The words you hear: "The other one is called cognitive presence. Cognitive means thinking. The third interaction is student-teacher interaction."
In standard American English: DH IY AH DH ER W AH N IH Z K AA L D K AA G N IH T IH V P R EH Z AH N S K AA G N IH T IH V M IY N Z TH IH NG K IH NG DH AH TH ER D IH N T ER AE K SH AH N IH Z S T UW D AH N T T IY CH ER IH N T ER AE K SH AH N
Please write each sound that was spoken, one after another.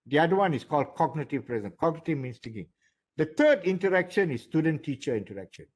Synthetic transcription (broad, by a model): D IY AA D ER W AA N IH S K AA L D K AA G N IH T IH V P R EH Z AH N K AA G N IH T IH V M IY N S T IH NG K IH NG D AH T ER D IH N T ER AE K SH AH N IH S T UW D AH N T T IY CH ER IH N T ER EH K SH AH N